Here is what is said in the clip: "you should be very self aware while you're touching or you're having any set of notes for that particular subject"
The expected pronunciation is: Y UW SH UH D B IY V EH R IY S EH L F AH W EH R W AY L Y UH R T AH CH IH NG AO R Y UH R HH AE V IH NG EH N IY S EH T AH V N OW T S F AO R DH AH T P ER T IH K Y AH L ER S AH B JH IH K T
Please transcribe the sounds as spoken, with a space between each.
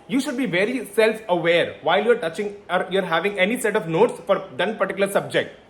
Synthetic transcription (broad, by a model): Y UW SH UH D B IY V EH R IY S EH L F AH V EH R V AY L Y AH R T AH CH IH NG AO R Y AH R HH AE V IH NG EH N IY S EH T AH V N OW T S F AO R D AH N P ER T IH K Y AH L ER S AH B JH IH K T